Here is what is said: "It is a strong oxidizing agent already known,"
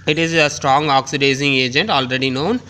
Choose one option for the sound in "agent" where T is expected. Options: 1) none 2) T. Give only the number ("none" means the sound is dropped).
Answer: 2